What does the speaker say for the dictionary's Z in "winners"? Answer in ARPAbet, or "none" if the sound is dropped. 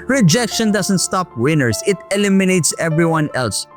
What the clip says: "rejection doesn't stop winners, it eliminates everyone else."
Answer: S